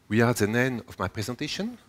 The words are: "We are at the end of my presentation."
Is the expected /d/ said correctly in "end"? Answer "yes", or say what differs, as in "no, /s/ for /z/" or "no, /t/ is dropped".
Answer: no, /d/ is dropped